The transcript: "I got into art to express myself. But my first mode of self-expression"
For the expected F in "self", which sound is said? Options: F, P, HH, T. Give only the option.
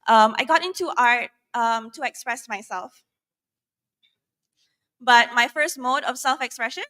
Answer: F